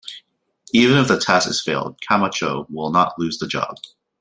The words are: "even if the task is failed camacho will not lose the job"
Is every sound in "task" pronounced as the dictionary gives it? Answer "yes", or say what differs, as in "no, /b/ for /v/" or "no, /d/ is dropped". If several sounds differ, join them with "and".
no, /k/ is dropped